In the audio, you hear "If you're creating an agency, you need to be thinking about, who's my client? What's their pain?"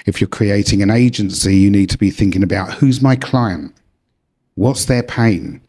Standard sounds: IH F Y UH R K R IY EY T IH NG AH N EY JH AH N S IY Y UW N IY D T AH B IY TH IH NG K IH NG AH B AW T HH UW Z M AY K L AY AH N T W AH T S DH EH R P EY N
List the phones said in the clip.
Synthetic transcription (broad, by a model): IH F Y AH R K R IY EY T IH NG AH N EY JH AH N S IY Y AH N IY D T AH B IY TH IH NG K IH NG AH B AW T HH UW Z M AY K L AY AH N T W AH T S DH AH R P EY N